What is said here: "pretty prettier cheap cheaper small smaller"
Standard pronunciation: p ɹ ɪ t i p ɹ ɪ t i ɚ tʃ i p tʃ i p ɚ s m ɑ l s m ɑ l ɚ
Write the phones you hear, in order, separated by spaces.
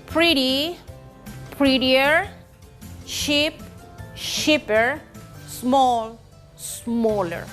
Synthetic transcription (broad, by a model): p ɹ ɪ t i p ɹ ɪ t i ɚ ʃ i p ʃ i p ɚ s m ɑ l s m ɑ l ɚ